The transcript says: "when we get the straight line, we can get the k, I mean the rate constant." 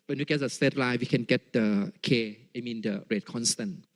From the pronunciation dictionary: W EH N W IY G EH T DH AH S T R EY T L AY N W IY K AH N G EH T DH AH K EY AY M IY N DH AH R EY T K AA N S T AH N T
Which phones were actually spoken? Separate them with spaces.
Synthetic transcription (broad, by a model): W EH N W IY G EH T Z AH S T EY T L AY W IY K AH N G EH T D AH K EY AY M IY N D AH R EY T K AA N S T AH N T